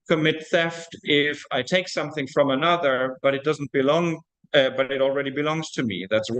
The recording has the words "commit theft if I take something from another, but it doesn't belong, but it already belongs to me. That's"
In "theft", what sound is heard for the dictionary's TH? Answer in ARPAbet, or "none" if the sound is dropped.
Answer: TH